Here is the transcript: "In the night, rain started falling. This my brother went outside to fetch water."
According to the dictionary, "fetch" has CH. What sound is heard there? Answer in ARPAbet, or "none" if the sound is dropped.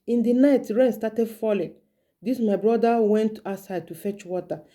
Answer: CH